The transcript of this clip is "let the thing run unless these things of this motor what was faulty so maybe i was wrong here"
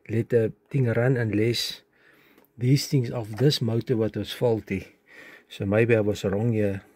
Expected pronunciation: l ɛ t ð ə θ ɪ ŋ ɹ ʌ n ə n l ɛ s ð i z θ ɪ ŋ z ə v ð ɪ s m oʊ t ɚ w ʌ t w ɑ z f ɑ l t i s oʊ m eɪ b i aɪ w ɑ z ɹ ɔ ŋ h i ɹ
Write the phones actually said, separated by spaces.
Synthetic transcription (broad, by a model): l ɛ t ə t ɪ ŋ ɹ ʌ n ə n l ɛ s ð i s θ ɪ ŋ s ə f ð ɪ s m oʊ t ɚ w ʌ t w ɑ s f ɑ l t i s oʊ m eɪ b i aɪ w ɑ s ɹ ɔ ŋ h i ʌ